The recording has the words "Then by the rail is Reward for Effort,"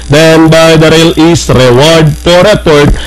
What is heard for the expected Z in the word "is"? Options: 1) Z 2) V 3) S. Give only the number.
3